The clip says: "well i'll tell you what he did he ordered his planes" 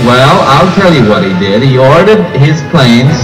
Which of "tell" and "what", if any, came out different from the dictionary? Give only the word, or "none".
none